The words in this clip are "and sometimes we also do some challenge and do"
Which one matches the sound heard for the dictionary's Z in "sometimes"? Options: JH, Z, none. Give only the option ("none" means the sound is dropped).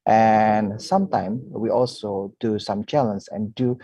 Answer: none